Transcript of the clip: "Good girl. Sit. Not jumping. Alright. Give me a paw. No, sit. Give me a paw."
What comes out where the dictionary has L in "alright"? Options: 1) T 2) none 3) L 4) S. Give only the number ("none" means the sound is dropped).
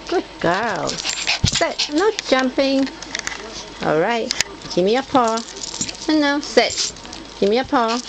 3